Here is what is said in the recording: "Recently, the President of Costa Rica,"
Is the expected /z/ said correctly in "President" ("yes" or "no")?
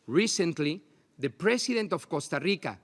no